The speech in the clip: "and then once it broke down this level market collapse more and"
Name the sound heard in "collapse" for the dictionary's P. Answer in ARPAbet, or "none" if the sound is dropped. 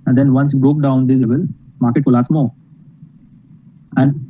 none